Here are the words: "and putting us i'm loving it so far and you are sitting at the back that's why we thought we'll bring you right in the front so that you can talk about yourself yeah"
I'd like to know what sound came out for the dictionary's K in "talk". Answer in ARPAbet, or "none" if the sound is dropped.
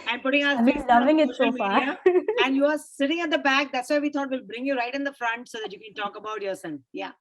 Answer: K